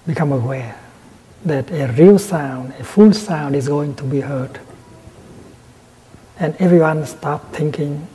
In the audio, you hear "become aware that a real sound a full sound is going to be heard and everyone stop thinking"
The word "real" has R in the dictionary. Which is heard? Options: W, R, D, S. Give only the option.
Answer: R